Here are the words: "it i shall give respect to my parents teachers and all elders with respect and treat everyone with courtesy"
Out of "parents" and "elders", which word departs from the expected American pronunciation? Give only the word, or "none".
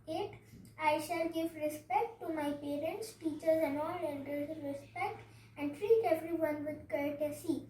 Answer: elders